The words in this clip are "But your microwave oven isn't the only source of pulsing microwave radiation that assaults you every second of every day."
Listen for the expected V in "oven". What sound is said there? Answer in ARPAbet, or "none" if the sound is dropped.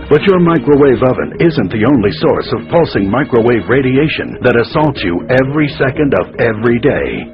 V